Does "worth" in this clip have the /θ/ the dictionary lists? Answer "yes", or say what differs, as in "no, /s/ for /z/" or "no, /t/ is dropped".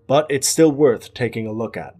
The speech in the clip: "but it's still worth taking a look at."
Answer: yes